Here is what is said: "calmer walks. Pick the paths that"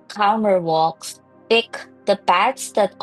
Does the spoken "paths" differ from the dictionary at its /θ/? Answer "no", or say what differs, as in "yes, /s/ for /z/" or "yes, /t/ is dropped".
yes, /t/ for /θ/